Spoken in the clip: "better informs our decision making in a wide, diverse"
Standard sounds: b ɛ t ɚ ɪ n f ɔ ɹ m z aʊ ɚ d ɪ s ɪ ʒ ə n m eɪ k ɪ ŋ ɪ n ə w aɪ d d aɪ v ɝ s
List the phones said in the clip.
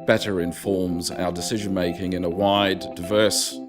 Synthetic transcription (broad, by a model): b ɛ t ɚ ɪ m f ɔ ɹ m z aʊ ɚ d ɪ s ɪ ʒ ə n m eɪ k ɪ ŋ ɪ n ə w aɪ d d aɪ v ɝ s